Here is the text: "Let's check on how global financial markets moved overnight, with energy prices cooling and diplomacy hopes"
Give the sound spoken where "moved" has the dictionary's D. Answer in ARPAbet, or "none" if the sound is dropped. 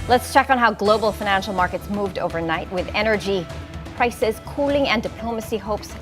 D